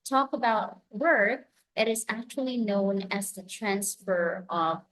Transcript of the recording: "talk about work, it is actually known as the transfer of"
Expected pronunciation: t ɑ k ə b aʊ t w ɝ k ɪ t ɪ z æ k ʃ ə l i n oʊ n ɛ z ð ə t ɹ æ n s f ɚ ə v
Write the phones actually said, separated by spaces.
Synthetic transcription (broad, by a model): t ɑ k ə b aʊ t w ɝ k ɪ t ɪ z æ k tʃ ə l i n oʊ n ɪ z ð ə t ɹ æ n s f ɚ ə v